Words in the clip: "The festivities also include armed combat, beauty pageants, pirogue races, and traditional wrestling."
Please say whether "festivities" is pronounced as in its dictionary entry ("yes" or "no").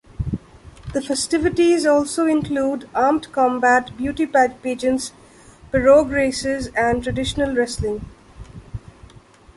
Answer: yes